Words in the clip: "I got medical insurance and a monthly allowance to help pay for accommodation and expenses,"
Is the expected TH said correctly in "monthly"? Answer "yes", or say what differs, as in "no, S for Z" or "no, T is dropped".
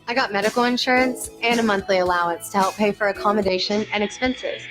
yes